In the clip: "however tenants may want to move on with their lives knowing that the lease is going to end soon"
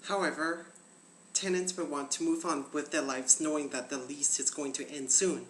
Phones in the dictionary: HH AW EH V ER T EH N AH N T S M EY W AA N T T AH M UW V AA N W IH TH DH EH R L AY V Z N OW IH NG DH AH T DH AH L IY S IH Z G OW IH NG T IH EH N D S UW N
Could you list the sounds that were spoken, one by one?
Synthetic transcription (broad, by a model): HH AW EH V ER T EH N AH N T S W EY W AA N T T AH M UW V N W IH DH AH R L AY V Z N OW IH NG DH AH T DH AH L IY S IH Z G OW IH NG T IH EH N D S UW N